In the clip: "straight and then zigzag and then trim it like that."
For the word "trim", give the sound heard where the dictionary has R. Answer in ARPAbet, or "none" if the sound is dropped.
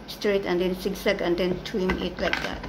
W